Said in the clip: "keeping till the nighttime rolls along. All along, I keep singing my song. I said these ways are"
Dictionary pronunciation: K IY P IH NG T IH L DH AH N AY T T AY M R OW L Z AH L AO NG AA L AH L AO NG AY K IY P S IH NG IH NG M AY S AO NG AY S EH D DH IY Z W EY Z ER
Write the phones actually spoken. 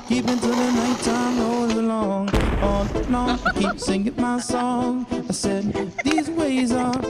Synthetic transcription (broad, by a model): K IY P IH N T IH DH AH N AY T T AY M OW Z AH L AO NG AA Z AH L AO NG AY K IY P S IH NG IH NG M AY S AO NG AY S EH D DH IY Z W EY Z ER